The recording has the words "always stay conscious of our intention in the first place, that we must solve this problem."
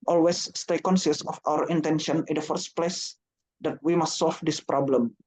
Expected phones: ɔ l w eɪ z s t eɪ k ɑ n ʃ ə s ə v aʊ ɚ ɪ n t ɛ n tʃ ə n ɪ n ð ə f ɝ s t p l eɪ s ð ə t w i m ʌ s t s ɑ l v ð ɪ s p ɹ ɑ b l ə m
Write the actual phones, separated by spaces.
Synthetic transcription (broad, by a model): ɔ l w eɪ s t eɪ k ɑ n s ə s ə f aʊ ɚ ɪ n t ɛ n ʃ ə n ɪ n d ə f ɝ s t p l eɪ s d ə t w i m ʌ s t s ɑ l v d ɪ s p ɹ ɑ b l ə m